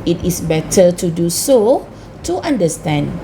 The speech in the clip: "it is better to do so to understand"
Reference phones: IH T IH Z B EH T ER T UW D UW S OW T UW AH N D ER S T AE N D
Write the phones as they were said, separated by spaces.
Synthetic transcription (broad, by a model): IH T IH S B EH T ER T UW D UW S OW T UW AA N D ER S T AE N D